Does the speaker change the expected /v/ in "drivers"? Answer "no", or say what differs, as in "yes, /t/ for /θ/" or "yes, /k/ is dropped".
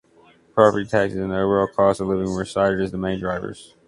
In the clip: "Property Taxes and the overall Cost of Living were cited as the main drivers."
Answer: no